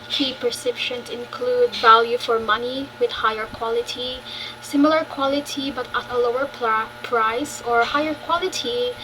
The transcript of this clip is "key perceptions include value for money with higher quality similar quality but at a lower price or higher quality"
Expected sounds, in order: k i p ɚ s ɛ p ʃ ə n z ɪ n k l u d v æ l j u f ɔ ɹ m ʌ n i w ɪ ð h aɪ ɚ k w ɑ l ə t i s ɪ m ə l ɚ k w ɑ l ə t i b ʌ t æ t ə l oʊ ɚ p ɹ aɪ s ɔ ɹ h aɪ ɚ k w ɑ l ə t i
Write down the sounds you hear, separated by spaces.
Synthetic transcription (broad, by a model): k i p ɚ s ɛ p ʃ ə n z ɪ n k l u d v æ l j u f ɔ ɹ m ʌ n i w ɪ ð h aɪ ɚ k w ɑ l ə t i s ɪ m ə l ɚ k w ɑ l ə t i b ʌ t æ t ə l oʊ ɚ p ɹ aɪ s ɔ ɹ h aɪ ɚ k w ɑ l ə t i